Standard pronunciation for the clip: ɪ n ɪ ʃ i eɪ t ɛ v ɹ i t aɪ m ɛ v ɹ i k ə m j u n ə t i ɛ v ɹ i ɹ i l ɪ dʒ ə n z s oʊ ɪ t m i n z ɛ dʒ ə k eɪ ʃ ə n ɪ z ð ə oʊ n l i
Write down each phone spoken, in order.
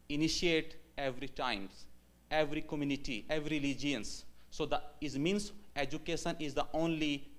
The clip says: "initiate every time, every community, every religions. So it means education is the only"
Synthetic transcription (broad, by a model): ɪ n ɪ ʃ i eɪ t ɛ v ɹ i t aɪ m ɛ v ɹ i k ə m j u n ə t i ɛ v ɹ i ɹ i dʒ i ə n s oʊ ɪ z m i n s ɛ dʒ ə k eɪ ʃ ə n ɪ z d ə oʊ n l i